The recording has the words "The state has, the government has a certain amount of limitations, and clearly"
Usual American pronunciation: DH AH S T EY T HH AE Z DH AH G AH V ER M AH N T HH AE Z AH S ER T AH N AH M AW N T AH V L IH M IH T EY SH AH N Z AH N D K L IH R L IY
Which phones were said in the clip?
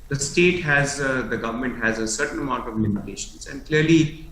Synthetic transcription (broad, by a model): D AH S T EY T HH AE Z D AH G AH V ER M AH N T HH AE Z AH S ER T AH N AH M AW N T AH V L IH M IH T EY SH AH N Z AH N D K L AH R L IY